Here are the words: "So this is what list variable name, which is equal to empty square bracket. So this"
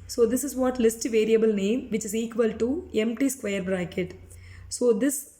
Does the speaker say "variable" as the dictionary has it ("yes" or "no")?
yes